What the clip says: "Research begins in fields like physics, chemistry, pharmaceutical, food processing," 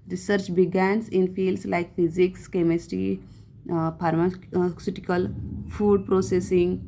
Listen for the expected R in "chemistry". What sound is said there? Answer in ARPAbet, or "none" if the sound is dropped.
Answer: none